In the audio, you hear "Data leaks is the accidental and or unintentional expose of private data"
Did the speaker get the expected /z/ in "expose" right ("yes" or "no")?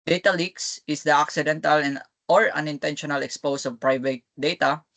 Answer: no